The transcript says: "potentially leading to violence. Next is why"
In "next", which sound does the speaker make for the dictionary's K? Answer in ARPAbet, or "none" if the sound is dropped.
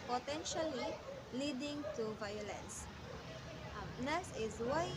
none